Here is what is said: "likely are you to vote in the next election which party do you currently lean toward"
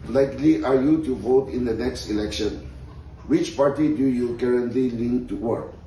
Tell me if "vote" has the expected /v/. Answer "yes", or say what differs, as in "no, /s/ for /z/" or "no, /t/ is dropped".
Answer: yes